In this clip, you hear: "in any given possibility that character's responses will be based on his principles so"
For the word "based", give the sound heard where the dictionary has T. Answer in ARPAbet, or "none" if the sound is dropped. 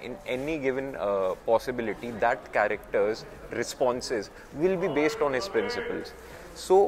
T